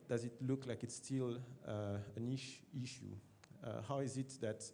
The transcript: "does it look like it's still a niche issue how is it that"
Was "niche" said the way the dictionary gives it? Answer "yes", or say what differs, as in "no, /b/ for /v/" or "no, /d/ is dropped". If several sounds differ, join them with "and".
no, /ʃ/ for /tʃ/